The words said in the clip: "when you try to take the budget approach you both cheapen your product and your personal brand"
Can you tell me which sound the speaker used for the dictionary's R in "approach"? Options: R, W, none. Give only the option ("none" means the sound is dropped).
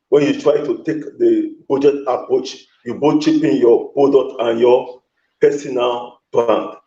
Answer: R